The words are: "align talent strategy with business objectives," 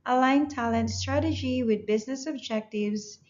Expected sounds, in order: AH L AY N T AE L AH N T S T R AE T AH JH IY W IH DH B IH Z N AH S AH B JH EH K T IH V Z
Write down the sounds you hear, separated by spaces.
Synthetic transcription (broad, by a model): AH L AY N T AE L AH N T S T R AE T AH JH IY W IH DH B IH Z N AH S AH B JH EH K T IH V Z